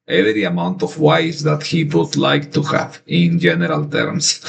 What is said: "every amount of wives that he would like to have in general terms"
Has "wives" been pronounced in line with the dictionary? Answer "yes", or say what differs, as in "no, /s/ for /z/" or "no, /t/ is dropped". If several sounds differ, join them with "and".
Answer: no, /v/ is dropped